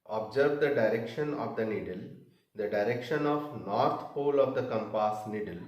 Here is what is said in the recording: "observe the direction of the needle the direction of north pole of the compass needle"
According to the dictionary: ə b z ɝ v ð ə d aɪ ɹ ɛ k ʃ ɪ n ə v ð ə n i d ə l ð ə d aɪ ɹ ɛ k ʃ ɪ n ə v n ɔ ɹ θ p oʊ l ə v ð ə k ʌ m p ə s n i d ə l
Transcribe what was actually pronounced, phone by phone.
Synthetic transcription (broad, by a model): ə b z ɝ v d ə d aɪ ɹ ɛ k ʃ ɪ n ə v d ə n i d ə l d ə d aɪ ɹ ɛ k ʃ ɪ n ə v n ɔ ɹ t p oʊ l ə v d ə k ʌ m p ə s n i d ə l